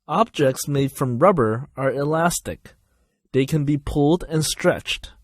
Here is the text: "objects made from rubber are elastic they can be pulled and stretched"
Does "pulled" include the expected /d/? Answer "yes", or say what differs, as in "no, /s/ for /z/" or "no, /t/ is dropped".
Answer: yes